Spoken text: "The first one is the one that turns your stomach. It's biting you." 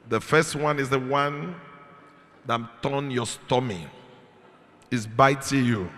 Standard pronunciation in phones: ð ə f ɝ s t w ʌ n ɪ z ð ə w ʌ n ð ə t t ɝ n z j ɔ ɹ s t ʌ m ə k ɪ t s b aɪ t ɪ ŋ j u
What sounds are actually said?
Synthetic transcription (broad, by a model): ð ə f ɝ s t w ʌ n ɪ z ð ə w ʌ n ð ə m t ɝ n j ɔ s t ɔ m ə ɪ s b aɪ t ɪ j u